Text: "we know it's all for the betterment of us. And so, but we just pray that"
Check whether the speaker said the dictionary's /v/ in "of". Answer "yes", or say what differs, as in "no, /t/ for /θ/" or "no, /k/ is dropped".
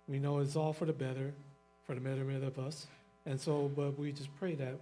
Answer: yes